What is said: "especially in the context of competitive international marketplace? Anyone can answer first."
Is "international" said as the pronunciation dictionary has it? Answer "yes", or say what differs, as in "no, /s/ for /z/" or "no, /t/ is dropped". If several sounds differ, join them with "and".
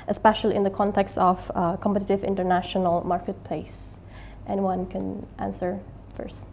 yes